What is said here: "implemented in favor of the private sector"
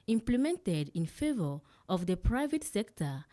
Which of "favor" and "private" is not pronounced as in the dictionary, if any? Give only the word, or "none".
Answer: none